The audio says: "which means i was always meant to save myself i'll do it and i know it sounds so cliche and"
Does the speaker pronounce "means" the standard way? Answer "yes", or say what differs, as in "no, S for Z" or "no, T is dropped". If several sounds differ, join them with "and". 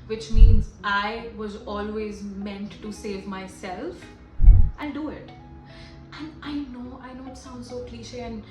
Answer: yes